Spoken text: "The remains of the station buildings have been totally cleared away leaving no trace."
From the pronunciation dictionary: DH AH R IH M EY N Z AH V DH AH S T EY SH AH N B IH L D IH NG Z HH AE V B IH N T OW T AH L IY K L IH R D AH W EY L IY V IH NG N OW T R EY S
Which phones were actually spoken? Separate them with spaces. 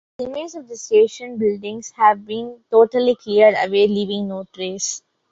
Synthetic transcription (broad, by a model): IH M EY Z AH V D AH S T EY SH AH N B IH L D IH NG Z HH AE V B IH N T OW T AH L IY K L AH R D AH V EY L IY V IH NG N OW T R EY S